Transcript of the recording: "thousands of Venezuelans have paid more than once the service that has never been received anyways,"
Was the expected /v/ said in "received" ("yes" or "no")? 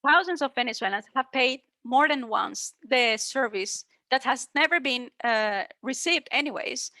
yes